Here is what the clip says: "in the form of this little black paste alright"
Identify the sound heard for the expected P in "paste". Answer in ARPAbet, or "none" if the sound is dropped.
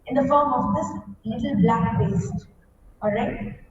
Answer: B